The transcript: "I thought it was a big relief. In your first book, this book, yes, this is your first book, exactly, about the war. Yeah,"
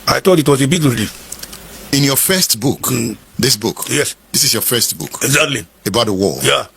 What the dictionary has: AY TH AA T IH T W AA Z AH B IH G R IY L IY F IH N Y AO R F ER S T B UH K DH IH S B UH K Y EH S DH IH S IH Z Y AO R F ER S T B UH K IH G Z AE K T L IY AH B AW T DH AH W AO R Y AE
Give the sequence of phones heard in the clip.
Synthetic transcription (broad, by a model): AY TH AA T IH T W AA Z AH B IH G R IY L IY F IH N Y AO F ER S T B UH K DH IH S B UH K Y EH S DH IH S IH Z Y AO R F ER S T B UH K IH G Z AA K T L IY AH B AW T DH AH W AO L Y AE